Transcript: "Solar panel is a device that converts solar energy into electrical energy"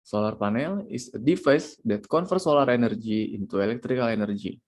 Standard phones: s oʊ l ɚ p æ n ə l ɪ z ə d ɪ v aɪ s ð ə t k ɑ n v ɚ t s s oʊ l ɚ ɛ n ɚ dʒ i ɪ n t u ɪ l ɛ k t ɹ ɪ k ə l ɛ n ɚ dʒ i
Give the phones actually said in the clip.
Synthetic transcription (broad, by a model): s oʊ l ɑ p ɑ n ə l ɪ s ə d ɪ f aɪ s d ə t k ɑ n f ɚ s s oʊ l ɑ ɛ n ɚ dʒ i ɪ n t u ɪ l ɛ k t ɹ ɪ k ə l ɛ n ɚ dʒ i